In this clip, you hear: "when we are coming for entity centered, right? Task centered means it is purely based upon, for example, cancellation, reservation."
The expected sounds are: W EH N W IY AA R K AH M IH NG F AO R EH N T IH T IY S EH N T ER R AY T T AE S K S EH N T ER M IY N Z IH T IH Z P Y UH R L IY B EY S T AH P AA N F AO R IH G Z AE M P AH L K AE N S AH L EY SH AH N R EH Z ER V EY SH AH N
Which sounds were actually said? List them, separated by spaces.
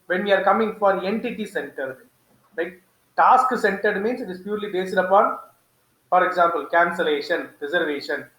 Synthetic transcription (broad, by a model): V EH N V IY AA R K AH M IH NG F AO R EH N T IH T IY S EH N T ER L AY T T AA S K S EH N T ER M IY N S IH T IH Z P Y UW R L IY B EY S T AH P AA N F AO R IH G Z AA M P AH L K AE N S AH L EY SH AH N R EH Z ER V EY SH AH N